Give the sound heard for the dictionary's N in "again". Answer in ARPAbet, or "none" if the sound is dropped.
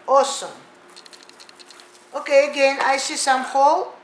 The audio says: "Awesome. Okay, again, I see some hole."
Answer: N